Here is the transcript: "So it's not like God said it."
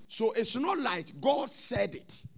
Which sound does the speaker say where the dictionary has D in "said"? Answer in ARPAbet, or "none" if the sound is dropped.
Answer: D